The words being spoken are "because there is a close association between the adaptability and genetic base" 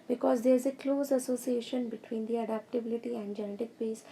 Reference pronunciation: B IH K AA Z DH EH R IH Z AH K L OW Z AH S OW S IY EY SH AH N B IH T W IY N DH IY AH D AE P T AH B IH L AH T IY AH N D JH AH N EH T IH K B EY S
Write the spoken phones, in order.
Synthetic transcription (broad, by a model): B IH K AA Z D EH R IH Z AH K L OW Z AH S OW S IY EY SH AH N B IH T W IY N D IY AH D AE P T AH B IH L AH T IY AH N D JH AH N EH T IH K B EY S